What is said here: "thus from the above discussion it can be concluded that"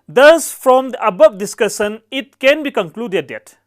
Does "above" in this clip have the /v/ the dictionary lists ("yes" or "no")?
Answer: no